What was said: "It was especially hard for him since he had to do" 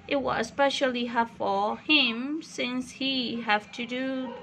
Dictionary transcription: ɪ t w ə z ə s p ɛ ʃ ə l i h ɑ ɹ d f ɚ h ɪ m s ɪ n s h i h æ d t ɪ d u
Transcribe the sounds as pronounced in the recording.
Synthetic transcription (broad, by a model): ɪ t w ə ə s p ɛ ʃ ə l i h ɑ f ɚ h ɪ m s ɪ n s h i h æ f t ɪ d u